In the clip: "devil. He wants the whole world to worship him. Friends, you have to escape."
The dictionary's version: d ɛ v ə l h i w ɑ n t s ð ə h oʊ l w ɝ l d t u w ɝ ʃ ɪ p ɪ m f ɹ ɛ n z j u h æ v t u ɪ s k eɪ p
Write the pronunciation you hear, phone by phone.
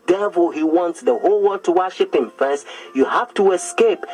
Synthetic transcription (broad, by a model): d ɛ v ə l h i w ɑ n t s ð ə h oʊ l w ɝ d t u w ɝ ʃ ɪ p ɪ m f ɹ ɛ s j u h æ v t u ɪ s k eɪ p